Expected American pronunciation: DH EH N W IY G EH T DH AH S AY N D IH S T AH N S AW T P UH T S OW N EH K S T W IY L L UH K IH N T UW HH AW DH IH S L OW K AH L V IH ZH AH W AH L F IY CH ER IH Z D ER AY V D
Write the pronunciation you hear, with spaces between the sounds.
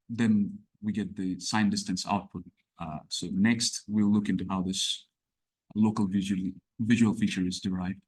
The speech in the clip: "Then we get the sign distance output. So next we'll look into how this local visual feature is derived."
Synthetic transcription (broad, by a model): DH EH N W IY G EH T DH AH S AY N D IH S T AH N S AW T P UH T S OW N EH K S T W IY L L UH K IH N T UW HH AW DH IH S L OW K AH L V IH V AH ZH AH L F IY CH ER IH Z D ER AY V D